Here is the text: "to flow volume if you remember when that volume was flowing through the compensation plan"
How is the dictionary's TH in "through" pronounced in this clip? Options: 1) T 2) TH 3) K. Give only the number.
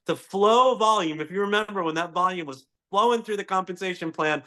2